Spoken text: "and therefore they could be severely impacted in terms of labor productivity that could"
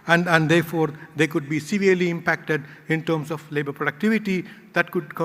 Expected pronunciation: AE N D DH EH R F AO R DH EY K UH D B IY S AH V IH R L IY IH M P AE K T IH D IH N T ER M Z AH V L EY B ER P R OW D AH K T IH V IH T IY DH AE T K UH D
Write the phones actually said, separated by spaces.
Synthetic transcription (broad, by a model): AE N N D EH R F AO R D EY K UH D B IY S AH V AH R L IY IH M P AE K T IH D IH N T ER M S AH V L EY B ER P R OW D AH K T IH V IH T IY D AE T K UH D